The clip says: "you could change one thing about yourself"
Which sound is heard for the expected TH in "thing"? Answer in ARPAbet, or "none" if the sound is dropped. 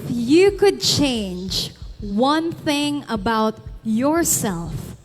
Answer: TH